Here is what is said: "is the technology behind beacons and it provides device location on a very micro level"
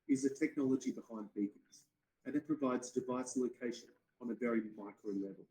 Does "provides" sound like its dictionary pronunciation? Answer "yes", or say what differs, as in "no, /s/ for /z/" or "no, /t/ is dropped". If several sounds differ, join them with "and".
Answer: yes